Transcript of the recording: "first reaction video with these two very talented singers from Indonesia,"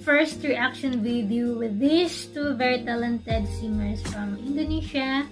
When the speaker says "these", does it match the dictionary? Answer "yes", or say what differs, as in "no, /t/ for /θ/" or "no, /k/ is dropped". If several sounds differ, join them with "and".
no, /s/ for /z/